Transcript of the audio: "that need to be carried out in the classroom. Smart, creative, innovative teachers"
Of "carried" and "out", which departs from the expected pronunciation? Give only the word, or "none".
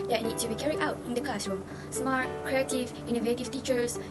carried